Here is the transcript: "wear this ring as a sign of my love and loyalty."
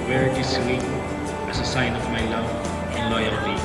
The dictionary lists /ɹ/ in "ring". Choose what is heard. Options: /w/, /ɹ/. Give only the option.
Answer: /w/